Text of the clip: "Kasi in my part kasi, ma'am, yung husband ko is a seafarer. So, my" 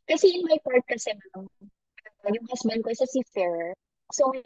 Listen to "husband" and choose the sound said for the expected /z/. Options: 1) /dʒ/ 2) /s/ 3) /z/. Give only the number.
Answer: 2